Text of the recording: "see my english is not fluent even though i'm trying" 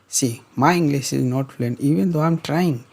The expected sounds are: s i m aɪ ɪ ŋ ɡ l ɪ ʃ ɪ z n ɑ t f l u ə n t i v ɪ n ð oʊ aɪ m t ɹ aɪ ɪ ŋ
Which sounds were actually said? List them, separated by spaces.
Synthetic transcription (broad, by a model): s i m aɪ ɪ ŋ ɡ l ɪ s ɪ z n ɑ t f l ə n i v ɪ n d oʊ aɪ m t ɹ aɪ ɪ ŋ